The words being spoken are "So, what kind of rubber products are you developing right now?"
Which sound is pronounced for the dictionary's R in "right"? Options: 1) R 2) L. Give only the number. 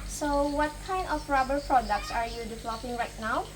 1